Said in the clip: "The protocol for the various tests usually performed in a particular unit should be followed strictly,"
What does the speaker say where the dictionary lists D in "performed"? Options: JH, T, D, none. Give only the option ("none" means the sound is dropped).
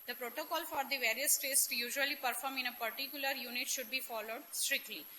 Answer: none